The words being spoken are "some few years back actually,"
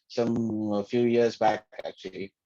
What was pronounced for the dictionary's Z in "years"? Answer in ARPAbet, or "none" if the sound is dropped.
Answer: Z